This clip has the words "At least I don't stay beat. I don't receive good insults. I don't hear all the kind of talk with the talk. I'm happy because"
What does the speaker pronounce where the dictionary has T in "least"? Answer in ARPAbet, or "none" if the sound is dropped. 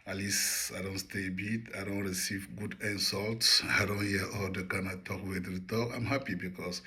none